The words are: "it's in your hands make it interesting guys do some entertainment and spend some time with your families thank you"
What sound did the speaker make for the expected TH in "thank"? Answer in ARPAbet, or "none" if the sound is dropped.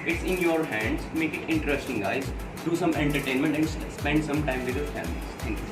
T